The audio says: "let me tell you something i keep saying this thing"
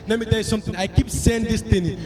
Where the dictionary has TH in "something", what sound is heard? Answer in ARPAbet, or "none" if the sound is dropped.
T